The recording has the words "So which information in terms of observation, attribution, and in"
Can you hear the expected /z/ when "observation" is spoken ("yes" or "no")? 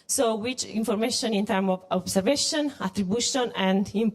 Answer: no